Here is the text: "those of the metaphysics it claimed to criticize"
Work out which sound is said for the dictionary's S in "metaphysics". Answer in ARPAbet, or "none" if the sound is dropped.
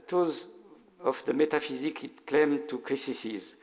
none